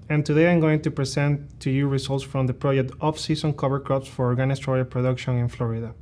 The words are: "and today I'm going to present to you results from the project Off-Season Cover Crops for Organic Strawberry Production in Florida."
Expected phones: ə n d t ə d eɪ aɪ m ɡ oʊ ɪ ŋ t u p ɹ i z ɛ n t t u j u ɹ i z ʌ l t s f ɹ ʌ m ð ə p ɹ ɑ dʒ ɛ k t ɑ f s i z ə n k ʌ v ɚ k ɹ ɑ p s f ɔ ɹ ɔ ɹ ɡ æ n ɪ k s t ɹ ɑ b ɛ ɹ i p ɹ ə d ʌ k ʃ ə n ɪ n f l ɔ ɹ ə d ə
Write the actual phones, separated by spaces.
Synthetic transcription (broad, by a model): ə n t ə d eɪ aɪ m ɡ oʊ ɪ ŋ t u p ɹ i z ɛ n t t u j u ɹ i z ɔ l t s f ɹ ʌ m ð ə p ɹ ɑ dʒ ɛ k t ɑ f s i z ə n k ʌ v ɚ k ɹ ɑ p s f ɔ ɹ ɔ ɹ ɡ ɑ n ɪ s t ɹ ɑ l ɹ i p ɹ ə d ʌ k ʃ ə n ɪ n f l ɔ ɹ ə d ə